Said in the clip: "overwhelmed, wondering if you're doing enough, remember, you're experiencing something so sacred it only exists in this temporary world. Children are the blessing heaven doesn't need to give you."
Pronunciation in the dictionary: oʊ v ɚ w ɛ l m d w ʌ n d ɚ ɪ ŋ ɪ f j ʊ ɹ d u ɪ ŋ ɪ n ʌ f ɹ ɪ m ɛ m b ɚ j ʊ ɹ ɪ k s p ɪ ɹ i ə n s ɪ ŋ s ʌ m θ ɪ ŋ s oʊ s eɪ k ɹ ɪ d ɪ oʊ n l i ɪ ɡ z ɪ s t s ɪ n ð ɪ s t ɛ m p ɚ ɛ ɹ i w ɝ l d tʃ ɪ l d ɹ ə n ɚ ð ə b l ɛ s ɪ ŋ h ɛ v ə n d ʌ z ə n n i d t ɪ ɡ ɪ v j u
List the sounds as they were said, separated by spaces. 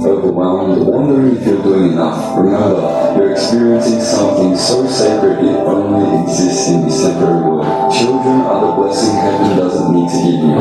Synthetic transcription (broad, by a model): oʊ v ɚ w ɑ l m w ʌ n d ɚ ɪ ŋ ɪ f j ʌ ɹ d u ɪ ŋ ɪ n ʌ f ɹ ɪ m ɛ m b ɚ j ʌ ɹ ɪ k s p ɪ ɹ i ə n s ɪ ŋ s ʌ m θ ɪ ŋ s oʊ s eɪ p ɹ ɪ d ɪ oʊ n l i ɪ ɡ z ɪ s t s ɪ n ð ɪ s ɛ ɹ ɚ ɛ ɹ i w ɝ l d tʃ ɪ l d ɹ ə n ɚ ð ə b l ɛ s ɪ ŋ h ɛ ə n d ʌ z ə n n i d t ɪ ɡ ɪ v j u